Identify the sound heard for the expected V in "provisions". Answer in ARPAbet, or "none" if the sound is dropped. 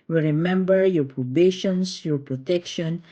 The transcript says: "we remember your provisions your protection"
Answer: B